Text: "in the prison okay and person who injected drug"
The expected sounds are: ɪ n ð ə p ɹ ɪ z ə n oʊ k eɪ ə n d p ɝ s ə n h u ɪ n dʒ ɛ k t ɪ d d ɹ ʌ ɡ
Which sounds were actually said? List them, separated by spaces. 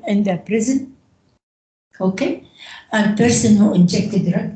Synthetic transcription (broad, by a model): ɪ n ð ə p ɹ ɪ z ə n oʊ k eɪ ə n p ɝ s ə n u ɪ n dʒ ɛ k t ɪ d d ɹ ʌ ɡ